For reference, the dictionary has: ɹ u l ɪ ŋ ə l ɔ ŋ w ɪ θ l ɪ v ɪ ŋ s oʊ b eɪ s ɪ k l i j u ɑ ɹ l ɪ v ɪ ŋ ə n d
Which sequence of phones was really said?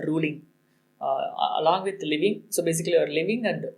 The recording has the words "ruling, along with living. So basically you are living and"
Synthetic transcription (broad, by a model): ɹ u l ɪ ŋ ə l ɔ ŋ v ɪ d l ɪ v ɪ ŋ s oʊ b eɪ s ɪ k i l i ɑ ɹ l ɪ v ɪ ŋ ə n d